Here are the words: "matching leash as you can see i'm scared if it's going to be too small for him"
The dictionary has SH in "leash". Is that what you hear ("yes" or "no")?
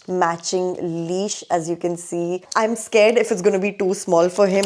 yes